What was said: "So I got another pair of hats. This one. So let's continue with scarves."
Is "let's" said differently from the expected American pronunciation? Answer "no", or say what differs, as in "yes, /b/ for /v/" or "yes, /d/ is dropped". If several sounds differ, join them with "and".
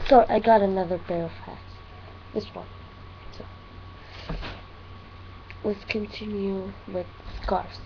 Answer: yes, /w/ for /l/